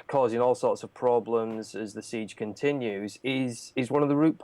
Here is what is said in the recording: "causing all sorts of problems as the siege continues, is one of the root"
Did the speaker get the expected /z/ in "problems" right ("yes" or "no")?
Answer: yes